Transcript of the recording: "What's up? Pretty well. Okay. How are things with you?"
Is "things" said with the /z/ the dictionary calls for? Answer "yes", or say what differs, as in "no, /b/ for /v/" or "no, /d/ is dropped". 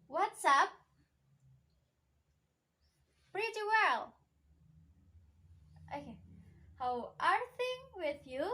no, /z/ is dropped